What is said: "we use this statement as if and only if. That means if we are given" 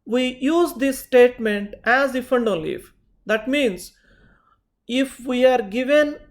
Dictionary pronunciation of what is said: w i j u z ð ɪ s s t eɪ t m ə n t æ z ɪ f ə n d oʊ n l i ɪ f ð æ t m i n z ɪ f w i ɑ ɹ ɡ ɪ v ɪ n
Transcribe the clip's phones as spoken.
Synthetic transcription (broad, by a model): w i j u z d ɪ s s t eɪ t m ə n t æ z ɪ f ə n d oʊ l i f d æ t m i n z ɪ f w i ɑ ɹ ɡ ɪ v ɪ n